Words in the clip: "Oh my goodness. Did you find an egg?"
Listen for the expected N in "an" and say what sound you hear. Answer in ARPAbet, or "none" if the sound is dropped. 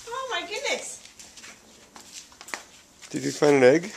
L